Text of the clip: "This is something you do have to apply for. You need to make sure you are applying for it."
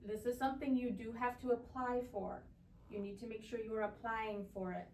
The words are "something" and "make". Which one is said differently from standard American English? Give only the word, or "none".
none